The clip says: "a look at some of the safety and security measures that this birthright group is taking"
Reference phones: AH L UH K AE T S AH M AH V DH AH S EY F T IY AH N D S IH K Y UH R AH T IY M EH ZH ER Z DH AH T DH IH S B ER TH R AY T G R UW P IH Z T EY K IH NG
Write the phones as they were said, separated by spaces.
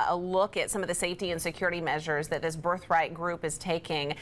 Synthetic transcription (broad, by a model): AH L UH K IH T S AH M AH V DH AH S EY F T IY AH N S IH K Y UH R AH T IY M EH ZH ER Z DH AH T DH IH S B ER TH R AY T G R UW P IH Z T EY K IH NG